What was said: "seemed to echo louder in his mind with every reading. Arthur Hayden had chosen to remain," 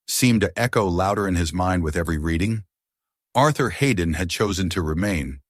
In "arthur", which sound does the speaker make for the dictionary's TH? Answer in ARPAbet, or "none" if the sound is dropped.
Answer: TH